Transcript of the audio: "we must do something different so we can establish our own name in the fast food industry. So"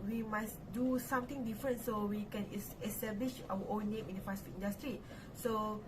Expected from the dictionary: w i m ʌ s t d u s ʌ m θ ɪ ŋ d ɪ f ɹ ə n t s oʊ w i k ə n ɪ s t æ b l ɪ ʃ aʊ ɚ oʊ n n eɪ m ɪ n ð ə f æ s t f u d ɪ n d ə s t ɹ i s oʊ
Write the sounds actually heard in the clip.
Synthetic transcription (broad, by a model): w i m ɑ s d u s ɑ m t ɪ ŋ d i f ɹ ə n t s oʊ w i k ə n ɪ s t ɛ b l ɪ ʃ aʊ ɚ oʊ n n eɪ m ɪ n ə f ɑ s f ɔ ɪ n d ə s t ɹ i s oʊ